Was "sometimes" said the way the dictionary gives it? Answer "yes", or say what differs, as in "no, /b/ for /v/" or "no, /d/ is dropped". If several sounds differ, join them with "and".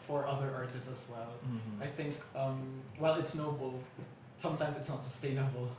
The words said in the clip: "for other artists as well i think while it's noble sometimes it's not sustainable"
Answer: yes